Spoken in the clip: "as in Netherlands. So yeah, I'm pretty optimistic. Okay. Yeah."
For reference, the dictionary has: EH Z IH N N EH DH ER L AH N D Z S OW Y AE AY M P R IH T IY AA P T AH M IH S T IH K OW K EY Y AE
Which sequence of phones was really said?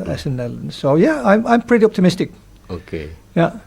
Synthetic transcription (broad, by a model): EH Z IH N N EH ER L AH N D S OW Y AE AY M P R IH T IY AA P T AH M IH S T IH K OW K EY Y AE